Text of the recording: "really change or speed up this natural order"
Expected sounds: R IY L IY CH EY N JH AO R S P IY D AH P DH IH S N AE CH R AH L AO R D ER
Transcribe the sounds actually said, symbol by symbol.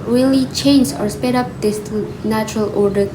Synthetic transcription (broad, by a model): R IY L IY CH EY N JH AO R S P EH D AH P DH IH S N AE CH R AH L AO R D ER